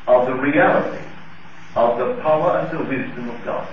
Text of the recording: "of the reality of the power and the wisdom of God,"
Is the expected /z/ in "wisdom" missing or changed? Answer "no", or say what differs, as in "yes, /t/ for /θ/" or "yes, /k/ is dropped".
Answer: no